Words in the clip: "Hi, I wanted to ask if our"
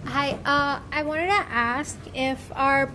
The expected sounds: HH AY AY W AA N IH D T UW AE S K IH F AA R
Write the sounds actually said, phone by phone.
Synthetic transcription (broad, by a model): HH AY AY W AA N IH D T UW AE S K IH F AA R